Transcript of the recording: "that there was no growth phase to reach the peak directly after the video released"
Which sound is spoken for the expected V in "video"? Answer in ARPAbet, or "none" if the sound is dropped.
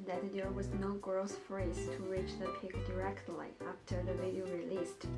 V